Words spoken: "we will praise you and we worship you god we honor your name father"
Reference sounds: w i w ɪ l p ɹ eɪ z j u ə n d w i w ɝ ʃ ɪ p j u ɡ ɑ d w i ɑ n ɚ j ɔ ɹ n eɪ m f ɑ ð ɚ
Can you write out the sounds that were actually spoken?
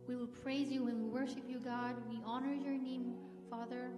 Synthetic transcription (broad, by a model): w i w ɪ l p ɹ eɪ z j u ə n w i w ɝ ʃ ɪ p j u ɡ ɑ d w i ɑ n ɚ j ɔ ɹ n eɪ m f ɑ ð ɚ